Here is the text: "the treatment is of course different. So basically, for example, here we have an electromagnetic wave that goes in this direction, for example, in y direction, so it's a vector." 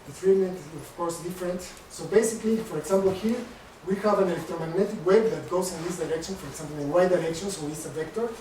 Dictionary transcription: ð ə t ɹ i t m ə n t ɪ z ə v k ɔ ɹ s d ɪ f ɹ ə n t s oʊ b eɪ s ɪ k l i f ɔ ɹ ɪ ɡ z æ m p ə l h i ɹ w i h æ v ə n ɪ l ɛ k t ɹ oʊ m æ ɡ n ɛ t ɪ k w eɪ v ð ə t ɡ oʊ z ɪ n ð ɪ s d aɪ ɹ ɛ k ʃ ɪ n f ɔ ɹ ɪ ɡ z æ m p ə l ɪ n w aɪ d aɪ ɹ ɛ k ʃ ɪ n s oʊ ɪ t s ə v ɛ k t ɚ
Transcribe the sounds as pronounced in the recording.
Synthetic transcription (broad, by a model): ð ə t ɹ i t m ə n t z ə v k ɔ ɹ s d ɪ f ɹ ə n t s oʊ b eɪ s ɪ k l i f ɔ ɹ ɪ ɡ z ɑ m p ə l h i ɹ w i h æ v ə n ɪ l ɛ k t ɹ oʊ m æ ɡ n ɛ t ɪ k w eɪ b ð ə t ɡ oʊ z ɪ n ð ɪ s d aɪ ɹ ɛ k ʃ ɪ n f ɔ ɹ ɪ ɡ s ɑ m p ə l ɪ n w aɪ d aɪ ɹ ɛ k ʃ ɪ n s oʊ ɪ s ə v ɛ k t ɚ